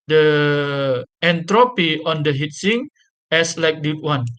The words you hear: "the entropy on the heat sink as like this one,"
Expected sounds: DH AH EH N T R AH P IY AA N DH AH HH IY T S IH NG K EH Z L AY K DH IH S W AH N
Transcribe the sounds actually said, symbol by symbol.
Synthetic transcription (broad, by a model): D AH EH N T R AH P IY AA N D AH HH IY T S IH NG EH S L AY K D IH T W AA N